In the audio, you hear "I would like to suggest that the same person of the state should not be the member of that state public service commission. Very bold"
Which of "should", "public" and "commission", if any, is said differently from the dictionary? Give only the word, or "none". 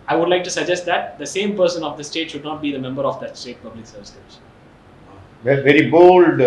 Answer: commission